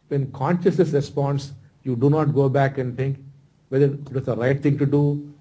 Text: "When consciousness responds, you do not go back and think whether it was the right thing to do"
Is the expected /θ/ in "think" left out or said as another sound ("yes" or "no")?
yes